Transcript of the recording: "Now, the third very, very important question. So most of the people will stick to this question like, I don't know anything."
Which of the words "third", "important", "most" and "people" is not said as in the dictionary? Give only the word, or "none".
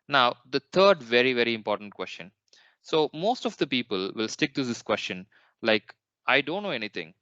third